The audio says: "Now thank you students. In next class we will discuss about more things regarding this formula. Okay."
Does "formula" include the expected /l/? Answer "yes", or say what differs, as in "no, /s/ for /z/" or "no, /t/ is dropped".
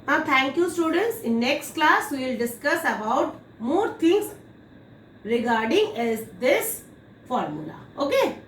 yes